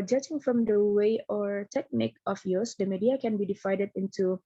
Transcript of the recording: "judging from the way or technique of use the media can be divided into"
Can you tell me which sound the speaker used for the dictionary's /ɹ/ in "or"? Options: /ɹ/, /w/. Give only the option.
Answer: /ɹ/